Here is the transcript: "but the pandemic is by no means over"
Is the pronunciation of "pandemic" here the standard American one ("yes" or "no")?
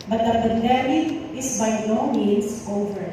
no